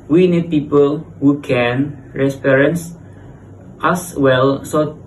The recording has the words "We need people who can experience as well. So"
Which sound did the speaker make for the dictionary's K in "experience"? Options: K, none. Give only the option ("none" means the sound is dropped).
none